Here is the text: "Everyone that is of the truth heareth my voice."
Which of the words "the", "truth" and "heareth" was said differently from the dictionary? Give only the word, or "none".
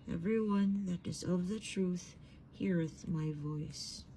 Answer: none